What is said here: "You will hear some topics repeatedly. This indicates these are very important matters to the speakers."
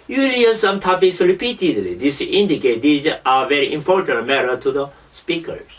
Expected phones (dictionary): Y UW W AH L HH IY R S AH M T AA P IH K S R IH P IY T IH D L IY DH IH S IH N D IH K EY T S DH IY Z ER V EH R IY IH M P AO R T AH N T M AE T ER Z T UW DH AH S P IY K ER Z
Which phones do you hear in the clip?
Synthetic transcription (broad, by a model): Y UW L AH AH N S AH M T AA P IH S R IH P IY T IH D L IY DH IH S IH N D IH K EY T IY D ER V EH R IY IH M P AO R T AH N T M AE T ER T UW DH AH S P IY K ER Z